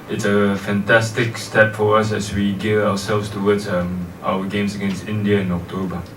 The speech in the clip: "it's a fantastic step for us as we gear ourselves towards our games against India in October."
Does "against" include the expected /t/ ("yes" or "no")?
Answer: yes